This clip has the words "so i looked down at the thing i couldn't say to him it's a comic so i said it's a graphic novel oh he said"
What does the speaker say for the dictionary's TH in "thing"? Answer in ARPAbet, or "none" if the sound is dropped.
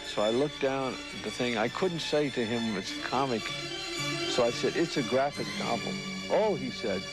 TH